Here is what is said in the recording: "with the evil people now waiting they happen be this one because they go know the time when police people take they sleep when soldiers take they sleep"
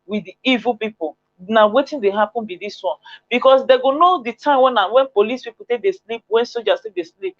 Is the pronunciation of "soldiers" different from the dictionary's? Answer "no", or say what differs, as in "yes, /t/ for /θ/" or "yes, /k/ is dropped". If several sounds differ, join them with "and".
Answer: yes, /l/ is dropped and /s/ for /z/